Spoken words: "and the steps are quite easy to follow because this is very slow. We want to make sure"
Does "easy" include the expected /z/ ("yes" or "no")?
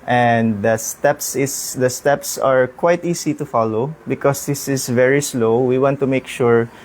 no